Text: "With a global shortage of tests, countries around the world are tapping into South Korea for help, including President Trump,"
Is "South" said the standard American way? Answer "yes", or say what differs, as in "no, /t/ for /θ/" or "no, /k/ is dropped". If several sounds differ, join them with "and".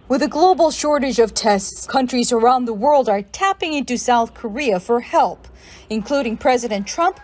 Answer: yes